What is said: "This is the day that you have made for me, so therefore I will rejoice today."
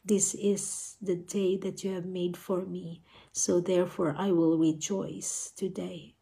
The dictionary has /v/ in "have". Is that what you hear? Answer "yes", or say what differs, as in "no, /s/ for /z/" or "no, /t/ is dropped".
yes